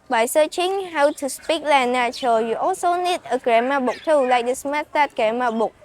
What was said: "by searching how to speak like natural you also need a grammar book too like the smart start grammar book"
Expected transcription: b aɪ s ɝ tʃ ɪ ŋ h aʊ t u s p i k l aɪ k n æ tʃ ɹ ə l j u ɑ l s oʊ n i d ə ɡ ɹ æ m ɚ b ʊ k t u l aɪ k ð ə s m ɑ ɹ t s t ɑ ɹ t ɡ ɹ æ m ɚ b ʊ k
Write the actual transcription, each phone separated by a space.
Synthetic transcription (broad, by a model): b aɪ s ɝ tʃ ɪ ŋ h aʊ t u s p i k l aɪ n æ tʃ ə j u ɑ l s oʊ n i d ə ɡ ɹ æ m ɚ b ʊ k t u l aɪ k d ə s m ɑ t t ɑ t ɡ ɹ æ m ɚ b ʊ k